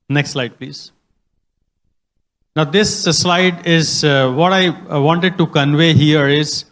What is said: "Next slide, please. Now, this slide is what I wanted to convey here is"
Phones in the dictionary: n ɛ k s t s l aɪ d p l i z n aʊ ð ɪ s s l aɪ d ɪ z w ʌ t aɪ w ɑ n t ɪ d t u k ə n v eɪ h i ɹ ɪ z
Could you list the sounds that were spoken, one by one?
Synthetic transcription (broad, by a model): n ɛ k s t s l aɪ d p l i z n aʊ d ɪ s s l aɪ d ɪ z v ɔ t aɪ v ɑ n t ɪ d t u k ə n v eɪ h i ɹ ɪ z